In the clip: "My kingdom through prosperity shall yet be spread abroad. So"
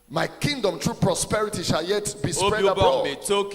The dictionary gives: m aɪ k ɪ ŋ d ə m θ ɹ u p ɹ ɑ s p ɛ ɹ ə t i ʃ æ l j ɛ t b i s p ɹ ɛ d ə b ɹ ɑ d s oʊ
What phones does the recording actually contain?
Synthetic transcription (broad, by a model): m aɪ k ɪ ŋ d ə m t ɹ u p ɹ ɑ s p ɛ ɹ ə t i ʃ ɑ l j ɛ t b i s p ɹ ɛ d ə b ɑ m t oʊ